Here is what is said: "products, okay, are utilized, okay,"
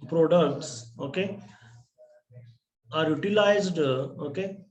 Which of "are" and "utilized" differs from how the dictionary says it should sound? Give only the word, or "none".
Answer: none